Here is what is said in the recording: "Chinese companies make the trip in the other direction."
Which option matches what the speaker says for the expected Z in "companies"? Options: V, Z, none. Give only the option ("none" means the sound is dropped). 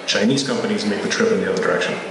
Z